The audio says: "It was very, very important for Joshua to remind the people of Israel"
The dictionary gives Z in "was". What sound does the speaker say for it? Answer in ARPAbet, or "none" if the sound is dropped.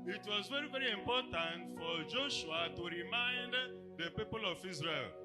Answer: Z